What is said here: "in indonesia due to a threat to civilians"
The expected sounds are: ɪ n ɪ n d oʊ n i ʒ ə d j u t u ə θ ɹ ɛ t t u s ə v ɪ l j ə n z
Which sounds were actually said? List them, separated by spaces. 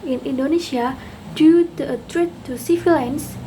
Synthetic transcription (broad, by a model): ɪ n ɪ n d oʊ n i ʃ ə d j u t u ə t ɹ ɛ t t u s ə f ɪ l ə n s